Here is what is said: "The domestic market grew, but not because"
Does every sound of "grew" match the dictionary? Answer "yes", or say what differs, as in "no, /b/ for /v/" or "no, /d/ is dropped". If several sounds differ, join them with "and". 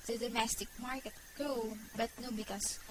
no, /ɹ/ is dropped